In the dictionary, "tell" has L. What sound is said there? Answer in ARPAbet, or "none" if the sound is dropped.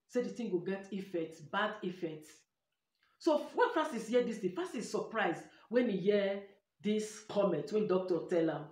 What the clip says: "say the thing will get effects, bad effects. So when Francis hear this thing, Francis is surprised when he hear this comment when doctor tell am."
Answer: L